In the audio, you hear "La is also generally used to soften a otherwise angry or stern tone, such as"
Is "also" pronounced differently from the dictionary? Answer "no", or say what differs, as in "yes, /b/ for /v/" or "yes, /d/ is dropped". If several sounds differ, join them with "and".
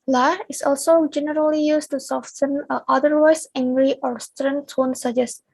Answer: no